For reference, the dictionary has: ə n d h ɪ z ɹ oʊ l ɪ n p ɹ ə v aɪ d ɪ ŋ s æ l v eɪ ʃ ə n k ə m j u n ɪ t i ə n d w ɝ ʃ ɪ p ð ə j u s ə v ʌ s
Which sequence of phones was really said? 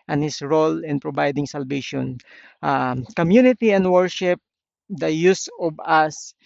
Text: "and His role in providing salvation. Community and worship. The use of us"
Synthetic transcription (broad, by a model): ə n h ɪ s ɹ oʊ l ɪ n p ɹ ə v aɪ d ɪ ŋ s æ l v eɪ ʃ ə n k ə m j u n ɪ t i ə n d w ɝ ʃ ɪ p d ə j u s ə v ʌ s